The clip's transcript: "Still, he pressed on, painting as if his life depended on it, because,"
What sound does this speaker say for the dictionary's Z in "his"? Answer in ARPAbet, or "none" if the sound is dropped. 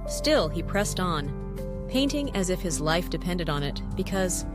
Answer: Z